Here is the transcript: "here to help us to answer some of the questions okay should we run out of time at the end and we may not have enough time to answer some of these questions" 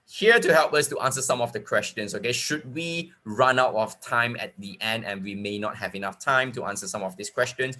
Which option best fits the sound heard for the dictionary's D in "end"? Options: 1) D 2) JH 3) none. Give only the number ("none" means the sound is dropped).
1